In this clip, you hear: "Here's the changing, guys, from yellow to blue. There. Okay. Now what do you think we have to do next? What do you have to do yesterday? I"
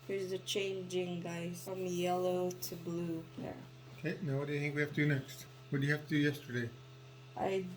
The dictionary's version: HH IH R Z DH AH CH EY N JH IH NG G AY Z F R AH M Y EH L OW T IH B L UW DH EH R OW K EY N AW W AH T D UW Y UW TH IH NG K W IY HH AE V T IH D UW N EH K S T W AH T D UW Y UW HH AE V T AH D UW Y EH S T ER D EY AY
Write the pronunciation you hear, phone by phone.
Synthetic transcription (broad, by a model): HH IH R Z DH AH CH EY N JH IH NG G AY F R AH M Y EH L OW T IH B L UW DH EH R OW K EY N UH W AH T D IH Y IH TH IH NG K W IY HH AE F T IH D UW N EH K S T W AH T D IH Y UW HH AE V T AH D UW Y EH S T ER D EY AY